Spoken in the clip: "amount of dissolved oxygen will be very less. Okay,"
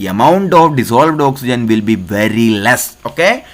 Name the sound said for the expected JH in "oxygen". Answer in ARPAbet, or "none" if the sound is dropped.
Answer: JH